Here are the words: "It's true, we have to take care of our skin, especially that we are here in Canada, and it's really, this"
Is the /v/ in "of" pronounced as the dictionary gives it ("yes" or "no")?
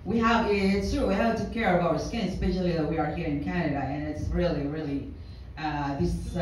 yes